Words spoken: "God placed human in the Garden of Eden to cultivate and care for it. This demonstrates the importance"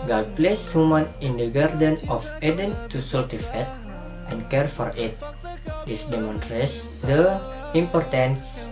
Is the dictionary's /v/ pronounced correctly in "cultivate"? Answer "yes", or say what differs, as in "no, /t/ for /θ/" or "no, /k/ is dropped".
no, /f/ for /v/